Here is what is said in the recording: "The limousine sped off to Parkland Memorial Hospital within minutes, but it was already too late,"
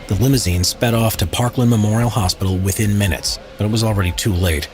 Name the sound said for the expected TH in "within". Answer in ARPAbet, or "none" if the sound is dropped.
TH